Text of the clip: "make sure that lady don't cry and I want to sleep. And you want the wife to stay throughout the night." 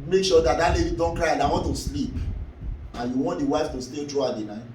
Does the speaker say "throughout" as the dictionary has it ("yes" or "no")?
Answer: no